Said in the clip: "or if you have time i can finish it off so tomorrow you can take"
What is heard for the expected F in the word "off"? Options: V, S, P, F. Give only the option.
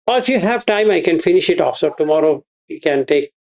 F